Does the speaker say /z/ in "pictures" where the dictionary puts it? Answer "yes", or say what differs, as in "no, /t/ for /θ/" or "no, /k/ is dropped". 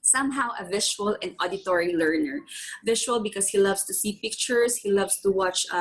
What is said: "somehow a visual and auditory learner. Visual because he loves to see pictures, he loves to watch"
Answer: no, /s/ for /z/